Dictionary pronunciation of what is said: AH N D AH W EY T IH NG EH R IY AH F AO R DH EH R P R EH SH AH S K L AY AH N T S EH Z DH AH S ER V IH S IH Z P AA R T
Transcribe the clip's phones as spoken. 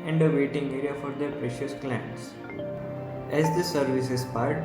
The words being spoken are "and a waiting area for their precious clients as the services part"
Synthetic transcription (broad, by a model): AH N D AH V EY T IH NG EH R IY AH F AO R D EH R P R EH SH AH S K L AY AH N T S EH Z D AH S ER V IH S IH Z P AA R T